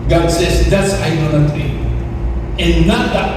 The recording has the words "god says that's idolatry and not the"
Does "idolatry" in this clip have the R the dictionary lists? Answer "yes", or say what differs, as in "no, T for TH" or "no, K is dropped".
no, R is dropped